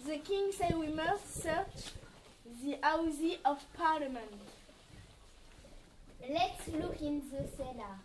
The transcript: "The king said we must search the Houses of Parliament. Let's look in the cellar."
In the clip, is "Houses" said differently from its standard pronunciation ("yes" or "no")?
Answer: yes